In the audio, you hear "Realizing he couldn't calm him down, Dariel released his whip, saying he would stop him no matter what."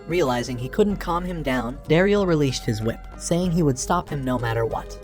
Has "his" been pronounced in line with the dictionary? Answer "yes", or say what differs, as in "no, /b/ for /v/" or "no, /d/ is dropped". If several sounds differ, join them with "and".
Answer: yes